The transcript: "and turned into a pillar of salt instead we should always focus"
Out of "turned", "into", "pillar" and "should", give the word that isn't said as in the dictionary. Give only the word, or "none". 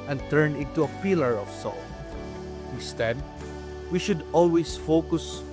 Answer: turned